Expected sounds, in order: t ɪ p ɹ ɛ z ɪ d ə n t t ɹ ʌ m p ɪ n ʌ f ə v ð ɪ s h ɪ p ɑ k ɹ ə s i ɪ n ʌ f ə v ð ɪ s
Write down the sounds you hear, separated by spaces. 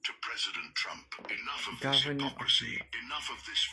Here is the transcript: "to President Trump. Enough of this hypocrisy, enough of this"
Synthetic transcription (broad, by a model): t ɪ p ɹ ɛ z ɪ d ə n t t ɹ ʌ m p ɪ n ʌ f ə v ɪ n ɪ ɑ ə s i ɪ n ʌ f ə v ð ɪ s